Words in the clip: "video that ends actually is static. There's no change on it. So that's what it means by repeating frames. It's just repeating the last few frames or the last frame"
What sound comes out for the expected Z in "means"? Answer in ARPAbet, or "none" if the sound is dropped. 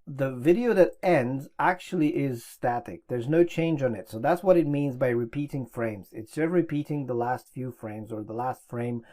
Z